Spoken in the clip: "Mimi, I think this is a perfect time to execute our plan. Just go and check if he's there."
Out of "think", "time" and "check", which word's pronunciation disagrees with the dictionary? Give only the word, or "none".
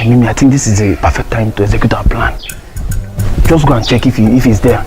think